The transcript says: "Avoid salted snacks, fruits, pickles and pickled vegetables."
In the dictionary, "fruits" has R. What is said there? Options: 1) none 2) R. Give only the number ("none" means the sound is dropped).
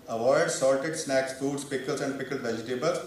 1